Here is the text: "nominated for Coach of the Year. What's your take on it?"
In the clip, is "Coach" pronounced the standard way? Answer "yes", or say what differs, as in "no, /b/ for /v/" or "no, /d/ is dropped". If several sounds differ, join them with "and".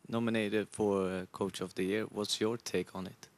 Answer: yes